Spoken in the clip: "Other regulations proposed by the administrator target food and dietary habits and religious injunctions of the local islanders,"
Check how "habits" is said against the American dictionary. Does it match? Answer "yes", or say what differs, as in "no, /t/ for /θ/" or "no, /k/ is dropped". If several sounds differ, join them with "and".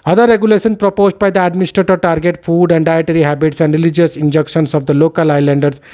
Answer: yes